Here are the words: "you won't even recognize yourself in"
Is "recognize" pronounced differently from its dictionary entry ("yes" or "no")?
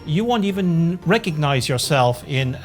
no